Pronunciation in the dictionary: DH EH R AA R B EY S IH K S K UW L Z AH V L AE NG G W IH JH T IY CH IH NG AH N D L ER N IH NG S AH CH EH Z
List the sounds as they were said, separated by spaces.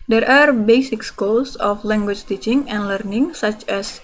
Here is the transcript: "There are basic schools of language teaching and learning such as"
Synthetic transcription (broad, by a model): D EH R AA R B EY S IH K S K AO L S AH F L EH NG G W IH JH T IY CH IH NG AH N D L ER N IH NG S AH CH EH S